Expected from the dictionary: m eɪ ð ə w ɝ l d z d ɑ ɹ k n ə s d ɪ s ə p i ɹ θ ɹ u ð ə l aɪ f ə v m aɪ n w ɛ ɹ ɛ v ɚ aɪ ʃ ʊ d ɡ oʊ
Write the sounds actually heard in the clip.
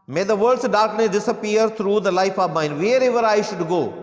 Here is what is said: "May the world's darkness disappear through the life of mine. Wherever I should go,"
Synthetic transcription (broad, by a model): m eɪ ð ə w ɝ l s d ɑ ɹ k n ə d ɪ s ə p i ɹ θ ɹ u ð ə l aɪ f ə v m aɪ n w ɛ ɹ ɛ v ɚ aɪ ʃ ʊ d ɡ oʊ